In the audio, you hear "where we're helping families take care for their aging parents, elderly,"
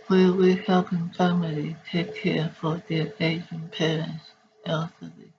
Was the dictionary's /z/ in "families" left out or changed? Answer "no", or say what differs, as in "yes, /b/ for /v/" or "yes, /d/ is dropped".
yes, /z/ is dropped